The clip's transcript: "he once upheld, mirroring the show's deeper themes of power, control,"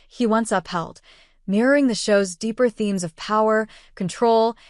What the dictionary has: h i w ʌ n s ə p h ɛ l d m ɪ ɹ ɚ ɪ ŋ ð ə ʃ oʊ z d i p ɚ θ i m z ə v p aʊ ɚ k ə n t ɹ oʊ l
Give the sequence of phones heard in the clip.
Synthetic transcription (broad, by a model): h i w ʌ n s ə p h ɛ l d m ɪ ɹ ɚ ɪ ŋ ð ə ʃ oʊ z d i p ɚ θ i m z ə v p aʊ ɚ k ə n t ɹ oʊ l